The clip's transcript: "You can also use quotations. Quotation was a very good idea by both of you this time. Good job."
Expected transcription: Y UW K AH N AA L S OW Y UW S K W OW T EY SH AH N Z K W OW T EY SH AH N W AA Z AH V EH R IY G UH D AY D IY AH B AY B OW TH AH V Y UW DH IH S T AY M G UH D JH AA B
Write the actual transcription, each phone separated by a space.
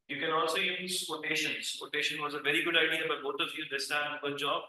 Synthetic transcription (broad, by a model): Y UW K AH N AA L S OW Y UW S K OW T EY SH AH N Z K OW T EY SH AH N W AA Z AH V EH R IY G UH D AY D IY AH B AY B OW T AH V Y UW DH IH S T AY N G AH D JH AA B